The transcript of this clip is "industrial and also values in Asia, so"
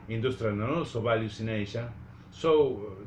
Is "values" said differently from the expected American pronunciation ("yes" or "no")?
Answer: yes